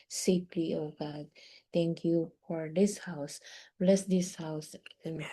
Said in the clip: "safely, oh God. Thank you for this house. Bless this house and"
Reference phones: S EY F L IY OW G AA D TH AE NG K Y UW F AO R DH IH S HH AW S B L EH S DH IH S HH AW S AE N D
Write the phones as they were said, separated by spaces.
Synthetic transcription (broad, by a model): S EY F L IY OW G AA D T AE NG K Y UW F AO R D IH S HH AW S B L EH S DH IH S HH AW S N